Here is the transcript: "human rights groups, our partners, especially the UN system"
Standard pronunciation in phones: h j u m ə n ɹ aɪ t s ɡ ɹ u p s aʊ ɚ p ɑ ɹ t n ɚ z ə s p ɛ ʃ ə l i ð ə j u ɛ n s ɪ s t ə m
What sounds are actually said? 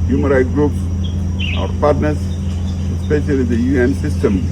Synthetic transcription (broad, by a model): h j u m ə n ɹ aɪ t ɡ ɹ u p s aʊ ɚ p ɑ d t n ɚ s ə s p ɛ ʃ ə l i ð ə j u ɛ n s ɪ s t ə m